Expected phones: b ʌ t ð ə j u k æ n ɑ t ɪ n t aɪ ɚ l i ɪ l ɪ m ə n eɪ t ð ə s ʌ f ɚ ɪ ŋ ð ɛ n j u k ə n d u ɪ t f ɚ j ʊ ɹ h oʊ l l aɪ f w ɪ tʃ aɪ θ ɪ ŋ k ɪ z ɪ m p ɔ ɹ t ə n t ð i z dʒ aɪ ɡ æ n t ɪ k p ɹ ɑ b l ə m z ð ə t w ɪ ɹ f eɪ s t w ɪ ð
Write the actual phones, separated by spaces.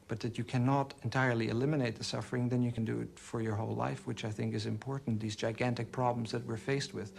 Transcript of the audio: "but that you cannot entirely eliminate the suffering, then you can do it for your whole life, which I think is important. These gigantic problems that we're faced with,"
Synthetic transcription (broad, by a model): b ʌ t ð ə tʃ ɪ k æ n ɑ t ɪ n t aɪ ɚ l i ɪ l ɪ m ə n eɪ t ð ə s ʌ f ɚ ɪ ŋ ð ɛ n j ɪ k ə n d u ɪ t f ɚ j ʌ ɹ h oʊ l l aɪ f w ɪ tʃ aɪ θ ɪ ŋ k ɪ z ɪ m p ɔ ɹ t n ð i z dʒ aɪ ɡ æ n t ɪ k p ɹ ɑ b l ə m z ð ə t w ɪ ɹ f eɪ s t w ɪ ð